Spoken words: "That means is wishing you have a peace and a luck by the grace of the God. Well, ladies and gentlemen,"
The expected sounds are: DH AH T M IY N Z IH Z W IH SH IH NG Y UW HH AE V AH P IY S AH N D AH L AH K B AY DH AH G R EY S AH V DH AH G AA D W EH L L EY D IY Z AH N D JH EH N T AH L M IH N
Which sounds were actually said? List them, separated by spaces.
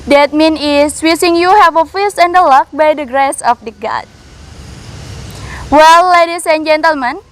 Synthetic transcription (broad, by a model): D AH T M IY N IH S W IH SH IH NG Y UW HH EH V AH F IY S AH N D AH L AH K B AY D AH G R EY S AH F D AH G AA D W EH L L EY D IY S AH N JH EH N T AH L M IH N